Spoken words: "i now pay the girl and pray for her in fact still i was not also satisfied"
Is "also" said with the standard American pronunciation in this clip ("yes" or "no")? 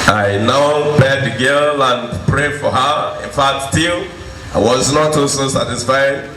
no